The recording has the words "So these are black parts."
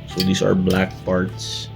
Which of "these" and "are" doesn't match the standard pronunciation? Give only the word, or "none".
these